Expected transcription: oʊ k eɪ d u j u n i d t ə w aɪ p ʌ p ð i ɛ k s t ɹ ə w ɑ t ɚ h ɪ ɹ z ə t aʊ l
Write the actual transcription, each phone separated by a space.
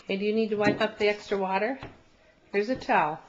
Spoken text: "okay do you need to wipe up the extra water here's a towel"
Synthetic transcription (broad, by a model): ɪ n d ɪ j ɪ n i d t ə w aɪ p ʌ p ð i ɛ k s t ɹ ə w ɑ t ɚ h ɪ ɹ z ə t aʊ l